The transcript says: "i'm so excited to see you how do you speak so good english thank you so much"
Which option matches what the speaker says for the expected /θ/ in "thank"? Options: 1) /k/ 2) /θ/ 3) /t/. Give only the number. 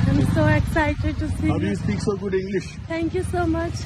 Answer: 3